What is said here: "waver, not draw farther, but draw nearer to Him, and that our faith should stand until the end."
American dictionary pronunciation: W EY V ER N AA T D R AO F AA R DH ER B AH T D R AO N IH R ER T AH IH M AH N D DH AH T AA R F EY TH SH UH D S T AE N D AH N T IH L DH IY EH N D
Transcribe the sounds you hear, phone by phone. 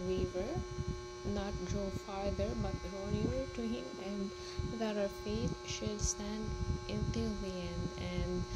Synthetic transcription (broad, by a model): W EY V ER N AA T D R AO F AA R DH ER B AH T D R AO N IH ER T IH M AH N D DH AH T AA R F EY T SH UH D S T AE N D AH N T IH L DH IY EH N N